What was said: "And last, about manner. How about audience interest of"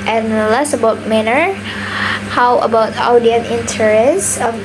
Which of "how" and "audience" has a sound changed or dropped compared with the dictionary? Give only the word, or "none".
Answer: audience